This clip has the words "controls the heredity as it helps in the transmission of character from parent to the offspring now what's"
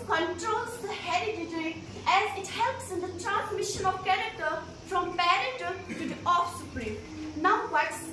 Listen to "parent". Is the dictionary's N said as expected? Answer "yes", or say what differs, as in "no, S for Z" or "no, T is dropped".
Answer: no, N is dropped